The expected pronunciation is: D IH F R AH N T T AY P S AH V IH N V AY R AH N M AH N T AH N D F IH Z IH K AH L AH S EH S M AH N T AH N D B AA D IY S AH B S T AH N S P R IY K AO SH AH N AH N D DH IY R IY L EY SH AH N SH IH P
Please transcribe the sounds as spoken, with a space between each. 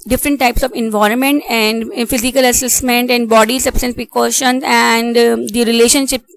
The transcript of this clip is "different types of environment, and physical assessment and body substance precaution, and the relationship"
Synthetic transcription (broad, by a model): D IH F R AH N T T AY P S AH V IH N V AY R AH N M AH N T AH N D F IH Z IH K AH L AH S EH S M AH N T AH N D B AA D IY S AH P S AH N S P R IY K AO SH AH N AH N D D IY R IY L EY SH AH N SH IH P